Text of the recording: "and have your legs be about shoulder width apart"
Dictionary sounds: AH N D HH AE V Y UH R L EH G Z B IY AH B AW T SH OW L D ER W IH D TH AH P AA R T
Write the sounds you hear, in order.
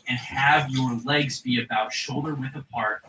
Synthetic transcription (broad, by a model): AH N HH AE V Y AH R L EH G Z B IY AH B AW T SH OW L D ER W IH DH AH P AA R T